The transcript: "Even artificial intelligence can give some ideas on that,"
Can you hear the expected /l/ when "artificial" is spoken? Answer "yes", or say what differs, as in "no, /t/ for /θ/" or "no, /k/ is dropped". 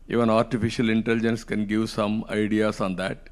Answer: yes